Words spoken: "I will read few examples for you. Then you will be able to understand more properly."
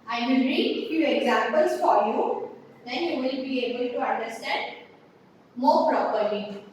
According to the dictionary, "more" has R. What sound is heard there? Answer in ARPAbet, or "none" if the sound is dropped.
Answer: R